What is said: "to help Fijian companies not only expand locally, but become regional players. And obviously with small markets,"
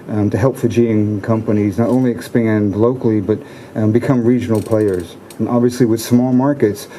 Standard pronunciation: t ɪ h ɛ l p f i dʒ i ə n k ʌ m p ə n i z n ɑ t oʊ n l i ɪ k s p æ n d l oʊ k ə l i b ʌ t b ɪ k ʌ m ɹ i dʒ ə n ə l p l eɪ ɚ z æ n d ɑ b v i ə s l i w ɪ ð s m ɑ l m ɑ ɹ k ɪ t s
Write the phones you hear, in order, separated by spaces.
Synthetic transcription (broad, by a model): t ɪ h ɛ l p f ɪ dʒ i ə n k ʌ m p ə n i z n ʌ t oʊ n l i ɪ k s p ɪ n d l oʊ k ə l i b ʌ t b ɪ k ʌ m ɹ i dʒ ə n l p l eɪ ɚ z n ɑ b v i ə s l i w ɪ ð s m ɑ l m ɑ ɹ k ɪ t s